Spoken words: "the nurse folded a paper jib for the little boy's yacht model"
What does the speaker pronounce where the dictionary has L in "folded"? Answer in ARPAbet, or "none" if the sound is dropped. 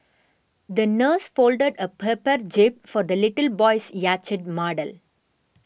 L